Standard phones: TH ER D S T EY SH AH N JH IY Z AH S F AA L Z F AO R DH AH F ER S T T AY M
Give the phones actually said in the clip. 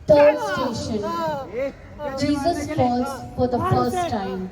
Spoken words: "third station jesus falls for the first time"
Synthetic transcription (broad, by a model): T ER D S T EY SH AH N JH IY Z AH S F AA Z F AO R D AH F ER S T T AY M